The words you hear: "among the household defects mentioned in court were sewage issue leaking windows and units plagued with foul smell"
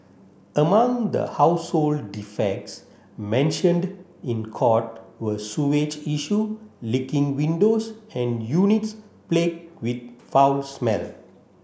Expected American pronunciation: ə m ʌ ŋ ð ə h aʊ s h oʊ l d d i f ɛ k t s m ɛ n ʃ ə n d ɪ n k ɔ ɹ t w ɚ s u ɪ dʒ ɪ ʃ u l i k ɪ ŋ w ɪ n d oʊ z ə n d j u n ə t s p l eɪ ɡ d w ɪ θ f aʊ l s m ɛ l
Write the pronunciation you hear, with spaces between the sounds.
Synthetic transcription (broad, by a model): ə m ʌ ŋ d ə h aʊ s h oʊ l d d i f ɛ k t s m ɛ n ʃ ə n d ɪ n k ɔ t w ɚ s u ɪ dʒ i ʃ u l i k ɪ ŋ w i n d oʊ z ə n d j u n ə t s p l eɪ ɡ w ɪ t f aʊ l s m ɛ l